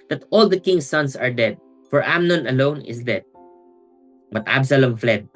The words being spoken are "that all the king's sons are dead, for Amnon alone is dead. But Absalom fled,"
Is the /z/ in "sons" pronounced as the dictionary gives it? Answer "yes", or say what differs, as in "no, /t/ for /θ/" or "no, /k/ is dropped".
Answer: no, /s/ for /z/